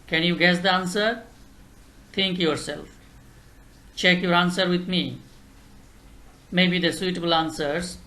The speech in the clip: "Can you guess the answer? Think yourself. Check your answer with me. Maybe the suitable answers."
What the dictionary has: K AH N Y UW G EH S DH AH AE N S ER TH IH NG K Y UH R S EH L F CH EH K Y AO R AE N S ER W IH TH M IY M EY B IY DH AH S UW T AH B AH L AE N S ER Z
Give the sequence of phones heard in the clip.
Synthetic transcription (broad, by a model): K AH N Y UW G EH S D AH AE N S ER T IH NG K Y UH R S EH L F CH EH K Y AO R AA N S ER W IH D M IY M EY B IY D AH S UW T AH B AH L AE N S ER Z